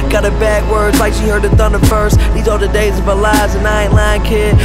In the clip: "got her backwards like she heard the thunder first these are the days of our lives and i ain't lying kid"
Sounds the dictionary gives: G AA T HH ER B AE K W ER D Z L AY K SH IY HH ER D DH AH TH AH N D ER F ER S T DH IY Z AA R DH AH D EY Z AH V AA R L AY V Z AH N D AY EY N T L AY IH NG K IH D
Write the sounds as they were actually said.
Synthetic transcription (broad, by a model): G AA T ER B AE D W ER D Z L AY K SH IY HH ER D DH AH TH AH N D ER F ER S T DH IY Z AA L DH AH D EY Z AH V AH L AY Z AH N AY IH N L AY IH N K IH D